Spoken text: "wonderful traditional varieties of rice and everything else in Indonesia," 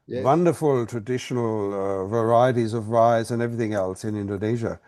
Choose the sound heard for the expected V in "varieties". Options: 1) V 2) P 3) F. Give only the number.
1